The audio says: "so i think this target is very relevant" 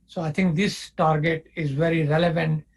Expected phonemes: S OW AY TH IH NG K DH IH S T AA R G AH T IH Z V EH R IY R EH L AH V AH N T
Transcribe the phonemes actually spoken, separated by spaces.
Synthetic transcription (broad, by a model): S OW AY T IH NG K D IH S T AA R G AH T IH Z V EH R IY R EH L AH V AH N T